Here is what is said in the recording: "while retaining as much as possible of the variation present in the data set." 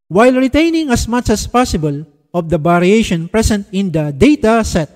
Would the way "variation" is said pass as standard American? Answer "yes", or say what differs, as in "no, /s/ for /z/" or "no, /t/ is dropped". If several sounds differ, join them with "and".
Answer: no, /b/ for /v/